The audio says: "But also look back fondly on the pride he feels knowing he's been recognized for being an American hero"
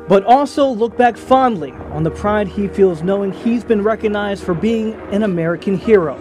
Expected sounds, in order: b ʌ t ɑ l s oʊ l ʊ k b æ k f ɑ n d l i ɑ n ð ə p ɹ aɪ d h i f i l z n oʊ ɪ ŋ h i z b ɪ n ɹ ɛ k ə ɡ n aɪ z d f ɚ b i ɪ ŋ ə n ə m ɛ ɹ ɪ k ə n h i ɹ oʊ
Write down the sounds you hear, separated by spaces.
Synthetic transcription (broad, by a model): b ʌ t ɑ l s oʊ l ʊ k b æ k f ɑ n d l i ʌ n ð ə p ɹ aɪ d h i f i l z n oʊ ɪ ŋ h i z b ɪ n ɹ ɛ k ə ɡ n aɪ z d f ɚ b i ɪ ŋ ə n ə m ɛ ɹ ɪ k ə n h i ɹ oʊ